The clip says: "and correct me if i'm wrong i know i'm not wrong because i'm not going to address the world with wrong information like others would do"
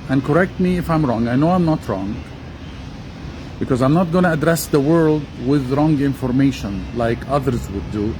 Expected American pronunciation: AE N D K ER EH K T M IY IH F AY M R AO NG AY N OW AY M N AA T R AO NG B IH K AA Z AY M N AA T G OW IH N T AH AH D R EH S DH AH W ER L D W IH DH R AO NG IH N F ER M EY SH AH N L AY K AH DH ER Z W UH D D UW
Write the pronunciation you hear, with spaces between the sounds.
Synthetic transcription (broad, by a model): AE N K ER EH K T M IY IH F AY M R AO NG AY N OW AY M N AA T R AO NG B IH K AA Z AY M N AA T G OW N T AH AH D R EH S DH AH W ER L D W IH DH R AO NG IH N F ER M EY SH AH N L AY K AH DH ER Z W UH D D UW